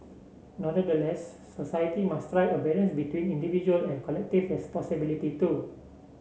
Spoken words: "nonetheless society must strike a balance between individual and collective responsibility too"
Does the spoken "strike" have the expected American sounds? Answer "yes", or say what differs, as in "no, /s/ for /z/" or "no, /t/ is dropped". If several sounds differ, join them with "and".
no, /k/ is dropped